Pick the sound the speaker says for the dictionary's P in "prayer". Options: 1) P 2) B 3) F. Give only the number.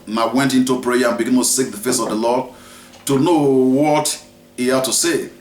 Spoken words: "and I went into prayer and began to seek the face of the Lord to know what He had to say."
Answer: 1